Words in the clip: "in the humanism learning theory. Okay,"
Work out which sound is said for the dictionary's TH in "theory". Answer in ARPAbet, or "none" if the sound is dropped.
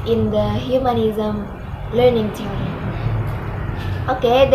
T